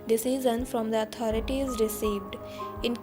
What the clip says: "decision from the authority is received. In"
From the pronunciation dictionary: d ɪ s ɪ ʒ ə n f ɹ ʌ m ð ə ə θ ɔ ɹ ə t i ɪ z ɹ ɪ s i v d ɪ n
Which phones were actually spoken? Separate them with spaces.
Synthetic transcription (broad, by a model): d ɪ s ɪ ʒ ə n f ɹ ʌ m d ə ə t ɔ ɹ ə t i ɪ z ɹ ɪ s i v d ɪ n